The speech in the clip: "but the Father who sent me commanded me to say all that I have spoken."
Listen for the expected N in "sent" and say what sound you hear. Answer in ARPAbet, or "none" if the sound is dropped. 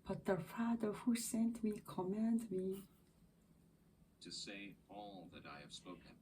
N